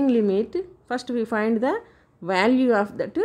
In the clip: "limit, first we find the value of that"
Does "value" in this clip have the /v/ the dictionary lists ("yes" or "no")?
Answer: yes